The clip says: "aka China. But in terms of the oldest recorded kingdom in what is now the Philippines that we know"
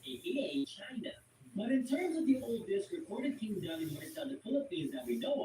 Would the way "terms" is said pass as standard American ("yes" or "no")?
yes